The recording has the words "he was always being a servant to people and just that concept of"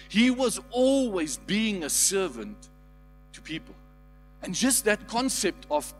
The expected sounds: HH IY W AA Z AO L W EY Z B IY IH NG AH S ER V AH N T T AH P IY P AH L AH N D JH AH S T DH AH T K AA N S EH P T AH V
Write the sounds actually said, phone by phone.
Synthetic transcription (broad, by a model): HH IY W AA Z AO L W EY Z B IY IH NG AH S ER V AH N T T AH P IY P AH L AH N JH AH S T DH AH T K AA N S EH P T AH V